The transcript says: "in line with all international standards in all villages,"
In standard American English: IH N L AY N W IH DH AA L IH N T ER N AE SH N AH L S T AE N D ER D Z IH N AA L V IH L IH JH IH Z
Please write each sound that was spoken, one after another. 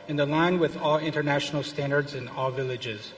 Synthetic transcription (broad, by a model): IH N L AY N W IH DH AA L IH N T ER N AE SH N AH L S T AE N D ER D Z IH N AA L V IH L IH JH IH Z